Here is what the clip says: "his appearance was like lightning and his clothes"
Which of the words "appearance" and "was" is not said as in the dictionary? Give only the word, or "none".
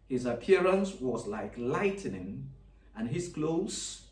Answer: none